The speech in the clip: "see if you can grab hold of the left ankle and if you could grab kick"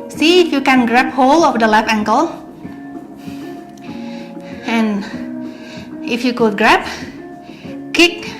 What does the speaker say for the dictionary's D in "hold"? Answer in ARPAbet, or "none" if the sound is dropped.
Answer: none